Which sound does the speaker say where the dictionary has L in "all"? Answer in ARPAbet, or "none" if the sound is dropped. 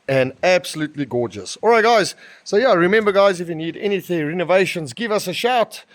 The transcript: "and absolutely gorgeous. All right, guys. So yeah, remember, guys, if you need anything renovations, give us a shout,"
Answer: L